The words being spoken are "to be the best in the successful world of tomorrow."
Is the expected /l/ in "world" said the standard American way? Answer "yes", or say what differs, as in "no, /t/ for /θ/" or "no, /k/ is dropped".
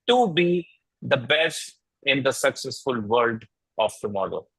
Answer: no, /l/ is dropped